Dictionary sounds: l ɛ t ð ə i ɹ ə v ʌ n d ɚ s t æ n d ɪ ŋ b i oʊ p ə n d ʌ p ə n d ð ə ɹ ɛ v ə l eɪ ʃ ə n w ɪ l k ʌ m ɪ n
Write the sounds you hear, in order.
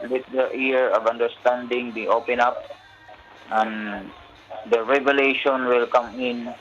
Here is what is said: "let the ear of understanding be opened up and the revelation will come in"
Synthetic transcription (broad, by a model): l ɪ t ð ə i ɹ ə v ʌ n d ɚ s t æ n d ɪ ŋ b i oʊ p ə n ʌ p ə n d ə ɹ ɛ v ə l eɪ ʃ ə n w ɪ l k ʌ m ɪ n